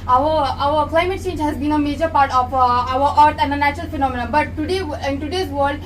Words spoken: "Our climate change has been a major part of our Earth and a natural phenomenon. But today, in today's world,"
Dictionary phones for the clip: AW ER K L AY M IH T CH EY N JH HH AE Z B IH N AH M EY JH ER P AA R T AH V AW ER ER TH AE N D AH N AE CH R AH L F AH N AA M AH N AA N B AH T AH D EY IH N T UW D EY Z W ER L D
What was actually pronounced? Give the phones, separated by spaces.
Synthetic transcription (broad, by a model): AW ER K L AY M IH T CH EY N JH HH AE Z B IH N AH M EY JH ER P AA R T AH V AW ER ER T AE N D AH N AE CH R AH L F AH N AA M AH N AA B AH T AH D EY IH N T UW D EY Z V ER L D